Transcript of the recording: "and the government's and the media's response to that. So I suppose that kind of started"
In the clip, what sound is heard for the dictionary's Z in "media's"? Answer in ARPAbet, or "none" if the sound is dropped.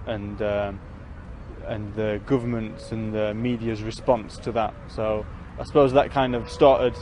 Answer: Z